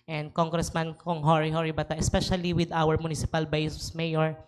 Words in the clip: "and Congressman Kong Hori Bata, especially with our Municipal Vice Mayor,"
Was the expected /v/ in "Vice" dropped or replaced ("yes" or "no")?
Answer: yes